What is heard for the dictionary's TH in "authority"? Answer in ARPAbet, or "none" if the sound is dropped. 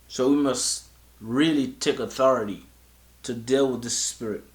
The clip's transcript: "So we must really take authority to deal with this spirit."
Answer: TH